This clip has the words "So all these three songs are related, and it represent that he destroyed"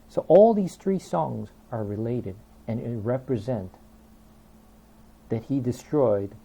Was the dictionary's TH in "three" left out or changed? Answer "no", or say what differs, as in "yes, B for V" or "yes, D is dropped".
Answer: no